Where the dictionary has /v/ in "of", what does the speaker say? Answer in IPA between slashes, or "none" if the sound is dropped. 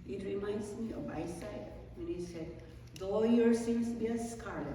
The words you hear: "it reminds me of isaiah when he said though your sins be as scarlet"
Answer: /b/